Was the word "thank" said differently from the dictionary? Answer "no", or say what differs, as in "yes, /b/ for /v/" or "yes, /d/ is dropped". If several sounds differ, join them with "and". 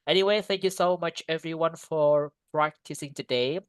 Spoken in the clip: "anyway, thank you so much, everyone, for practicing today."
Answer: no